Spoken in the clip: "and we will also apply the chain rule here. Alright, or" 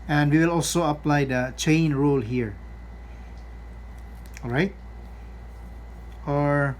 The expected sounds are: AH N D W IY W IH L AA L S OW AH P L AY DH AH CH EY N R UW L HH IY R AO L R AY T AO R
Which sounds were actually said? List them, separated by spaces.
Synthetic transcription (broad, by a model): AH N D W IY W IH L AA L S OW AH P L AY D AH CH EY N R UW L HH IY R AO L R AY T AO R